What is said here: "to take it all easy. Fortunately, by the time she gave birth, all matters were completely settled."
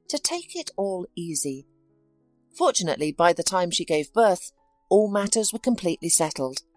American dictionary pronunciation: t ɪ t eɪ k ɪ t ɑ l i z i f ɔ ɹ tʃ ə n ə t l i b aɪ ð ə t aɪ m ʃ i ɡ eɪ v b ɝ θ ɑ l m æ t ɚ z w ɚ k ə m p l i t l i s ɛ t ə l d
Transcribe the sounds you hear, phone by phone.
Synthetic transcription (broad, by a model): t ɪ t eɪ k ɪ t ɑ l i z i f ɔ ɹ tʃ ə n ə t l i b aɪ ð ə t aɪ m ʃ i ɡ eɪ v b ɝ θ ɑ l m æ t ɚ z w ɚ k ə m p l i t l i s ɛ t l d